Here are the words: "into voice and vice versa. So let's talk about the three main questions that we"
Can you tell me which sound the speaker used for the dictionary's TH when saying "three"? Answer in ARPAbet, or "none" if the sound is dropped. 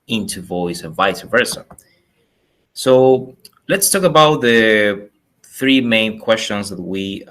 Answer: TH